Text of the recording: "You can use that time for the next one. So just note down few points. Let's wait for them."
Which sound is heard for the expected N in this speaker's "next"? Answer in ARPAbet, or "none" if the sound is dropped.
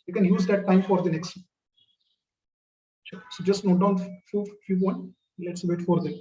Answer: N